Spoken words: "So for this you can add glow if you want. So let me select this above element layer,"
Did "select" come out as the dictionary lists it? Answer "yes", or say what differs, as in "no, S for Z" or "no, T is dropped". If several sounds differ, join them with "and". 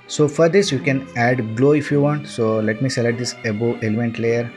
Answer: no, K is dropped